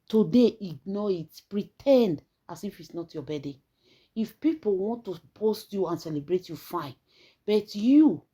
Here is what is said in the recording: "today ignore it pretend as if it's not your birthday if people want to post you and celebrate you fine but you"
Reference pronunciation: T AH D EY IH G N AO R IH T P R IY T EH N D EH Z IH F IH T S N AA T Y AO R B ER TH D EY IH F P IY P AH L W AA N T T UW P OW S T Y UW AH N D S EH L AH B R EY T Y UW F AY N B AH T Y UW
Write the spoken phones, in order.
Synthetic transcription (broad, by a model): T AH D EY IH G N AO IH T P R IY T EH N D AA S IH F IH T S N AA T Y AO B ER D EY IH F P IY P AH L W AA N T T UW P OW S T Y UW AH N S EH L AH B R EY T Y UW F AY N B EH T Y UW